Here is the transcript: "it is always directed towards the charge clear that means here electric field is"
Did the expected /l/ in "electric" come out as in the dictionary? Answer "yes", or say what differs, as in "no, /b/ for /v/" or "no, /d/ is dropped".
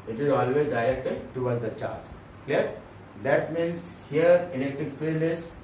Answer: no, /n/ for /l/